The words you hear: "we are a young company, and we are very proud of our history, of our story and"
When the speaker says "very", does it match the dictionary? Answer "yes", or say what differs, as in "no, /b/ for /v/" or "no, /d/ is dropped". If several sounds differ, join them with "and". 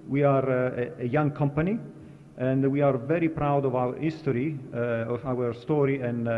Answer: yes